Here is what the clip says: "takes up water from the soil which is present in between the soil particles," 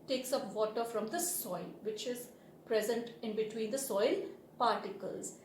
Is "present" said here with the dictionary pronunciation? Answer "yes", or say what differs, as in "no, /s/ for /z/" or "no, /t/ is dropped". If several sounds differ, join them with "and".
yes